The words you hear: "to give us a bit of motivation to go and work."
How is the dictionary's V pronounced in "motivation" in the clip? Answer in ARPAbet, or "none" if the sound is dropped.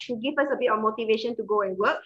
V